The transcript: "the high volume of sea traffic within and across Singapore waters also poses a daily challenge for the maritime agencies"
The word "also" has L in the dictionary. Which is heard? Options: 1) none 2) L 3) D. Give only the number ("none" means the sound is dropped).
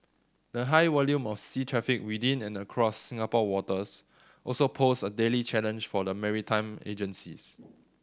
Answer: 2